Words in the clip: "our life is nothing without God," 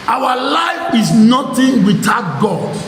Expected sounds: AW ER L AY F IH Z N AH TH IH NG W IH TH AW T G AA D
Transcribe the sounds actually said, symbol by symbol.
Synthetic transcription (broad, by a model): AW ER L AY F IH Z N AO T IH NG W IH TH AW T G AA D